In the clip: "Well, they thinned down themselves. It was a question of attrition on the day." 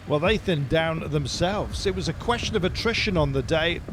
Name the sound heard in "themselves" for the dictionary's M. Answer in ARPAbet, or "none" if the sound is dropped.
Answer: M